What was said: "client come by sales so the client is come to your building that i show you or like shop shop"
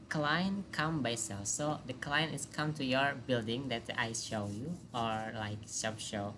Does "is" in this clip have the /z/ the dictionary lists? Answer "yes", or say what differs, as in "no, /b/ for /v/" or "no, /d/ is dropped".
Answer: no, /s/ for /z/